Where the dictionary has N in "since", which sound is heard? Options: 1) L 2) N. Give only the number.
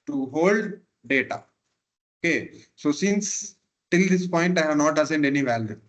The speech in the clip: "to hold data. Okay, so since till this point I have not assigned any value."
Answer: 2